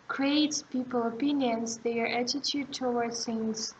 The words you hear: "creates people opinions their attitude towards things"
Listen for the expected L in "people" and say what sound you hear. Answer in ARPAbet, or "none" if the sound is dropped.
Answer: L